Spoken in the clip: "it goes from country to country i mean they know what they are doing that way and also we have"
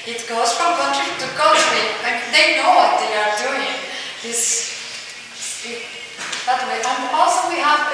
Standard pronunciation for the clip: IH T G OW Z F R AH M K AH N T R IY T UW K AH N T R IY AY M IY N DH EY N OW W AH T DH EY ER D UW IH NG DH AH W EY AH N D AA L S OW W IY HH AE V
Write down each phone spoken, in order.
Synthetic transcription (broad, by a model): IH T G OW Z F R AH M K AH N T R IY T UW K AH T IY AY M IY N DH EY N OW W AH T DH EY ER D UW IH NG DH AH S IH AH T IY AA N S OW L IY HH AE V